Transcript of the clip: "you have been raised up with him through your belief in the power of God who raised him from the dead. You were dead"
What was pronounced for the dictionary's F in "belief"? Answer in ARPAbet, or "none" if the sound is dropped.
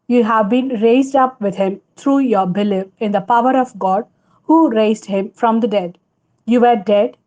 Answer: P